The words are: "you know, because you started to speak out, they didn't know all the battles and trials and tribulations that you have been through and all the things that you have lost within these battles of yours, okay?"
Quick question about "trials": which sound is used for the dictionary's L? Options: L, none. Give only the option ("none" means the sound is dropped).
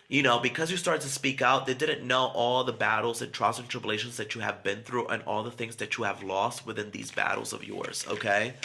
none